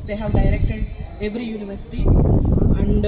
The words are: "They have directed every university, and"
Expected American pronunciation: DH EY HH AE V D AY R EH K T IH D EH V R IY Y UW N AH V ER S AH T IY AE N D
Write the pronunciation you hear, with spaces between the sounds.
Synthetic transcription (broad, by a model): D EY HH AE V D AY R EH K T IH D EH V R IY Y UW N AH V ER S AH T IY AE N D